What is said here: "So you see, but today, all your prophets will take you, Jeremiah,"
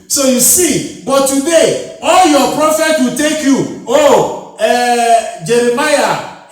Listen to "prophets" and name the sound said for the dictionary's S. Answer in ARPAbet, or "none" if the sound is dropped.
none